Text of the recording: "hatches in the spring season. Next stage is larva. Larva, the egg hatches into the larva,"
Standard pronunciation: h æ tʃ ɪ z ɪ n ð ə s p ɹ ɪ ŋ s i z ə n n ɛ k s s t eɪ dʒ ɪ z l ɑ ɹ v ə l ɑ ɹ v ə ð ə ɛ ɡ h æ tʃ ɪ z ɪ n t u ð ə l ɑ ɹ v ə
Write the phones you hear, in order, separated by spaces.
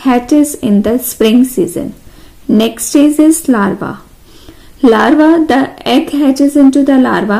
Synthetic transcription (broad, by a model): h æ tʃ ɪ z ɪ n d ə s p ɹ ɪ ŋ s i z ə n n ɛ k s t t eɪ z ɪ z l ɑ ɹ v ə l ɑ ɹ v ə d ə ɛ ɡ h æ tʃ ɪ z ɪ n t u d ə l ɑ ɹ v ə